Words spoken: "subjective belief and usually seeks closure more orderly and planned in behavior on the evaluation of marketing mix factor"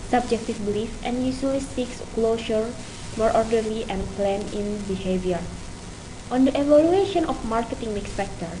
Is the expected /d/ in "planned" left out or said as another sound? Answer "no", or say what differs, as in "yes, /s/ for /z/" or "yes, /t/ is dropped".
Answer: yes, /d/ is dropped